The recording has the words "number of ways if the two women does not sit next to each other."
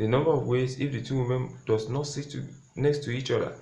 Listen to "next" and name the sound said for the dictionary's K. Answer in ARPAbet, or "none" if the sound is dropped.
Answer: K